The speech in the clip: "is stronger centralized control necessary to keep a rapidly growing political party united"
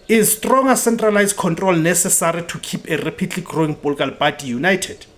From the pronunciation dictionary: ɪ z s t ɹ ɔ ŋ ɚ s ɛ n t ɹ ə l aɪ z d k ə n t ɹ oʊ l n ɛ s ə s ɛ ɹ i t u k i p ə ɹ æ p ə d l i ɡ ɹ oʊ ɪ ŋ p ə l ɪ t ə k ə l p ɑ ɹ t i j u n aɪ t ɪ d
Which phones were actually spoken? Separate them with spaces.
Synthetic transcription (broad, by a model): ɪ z s t ɹ ɔ ŋ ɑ s ɛ n t ɹ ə l aɪ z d k ə n t ɹ oʊ l n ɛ s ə s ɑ ɹ i t u k i p ə ɹ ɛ p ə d l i ɡ ɹ oʊ ɪ ŋ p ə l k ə l b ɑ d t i j u n aɪ t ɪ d